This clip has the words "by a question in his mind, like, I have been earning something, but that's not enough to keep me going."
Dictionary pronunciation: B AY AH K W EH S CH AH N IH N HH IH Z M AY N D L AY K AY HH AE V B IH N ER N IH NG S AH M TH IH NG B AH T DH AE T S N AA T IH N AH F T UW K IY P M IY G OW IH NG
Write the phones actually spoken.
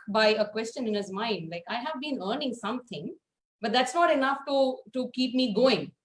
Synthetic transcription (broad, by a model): B AY AH K W EH S CH AH N IH N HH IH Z M AY N D L AY K AY HH AE V B IH N ER N IH NG S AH M T IH NG B AH T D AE T S N AA T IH N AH F T UW K IY P M IY G OW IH NG